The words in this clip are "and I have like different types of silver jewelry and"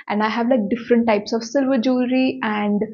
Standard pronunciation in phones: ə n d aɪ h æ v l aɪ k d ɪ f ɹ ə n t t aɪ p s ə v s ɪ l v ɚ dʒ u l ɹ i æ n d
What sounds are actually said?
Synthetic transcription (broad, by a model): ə n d aɪ h æ v l aɪ k d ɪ f ɹ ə n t t aɪ p s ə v s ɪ l v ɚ dʒ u ɹ i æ n d